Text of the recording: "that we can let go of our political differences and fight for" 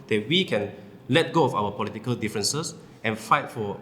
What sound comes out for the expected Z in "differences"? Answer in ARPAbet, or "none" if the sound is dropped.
S